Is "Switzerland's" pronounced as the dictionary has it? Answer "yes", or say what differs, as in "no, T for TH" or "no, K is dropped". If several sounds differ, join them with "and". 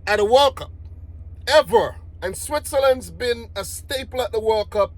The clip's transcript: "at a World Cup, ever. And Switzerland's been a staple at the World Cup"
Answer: yes